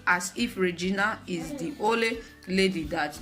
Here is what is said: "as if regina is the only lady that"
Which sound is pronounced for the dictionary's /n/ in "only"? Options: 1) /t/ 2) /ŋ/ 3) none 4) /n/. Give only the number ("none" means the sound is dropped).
3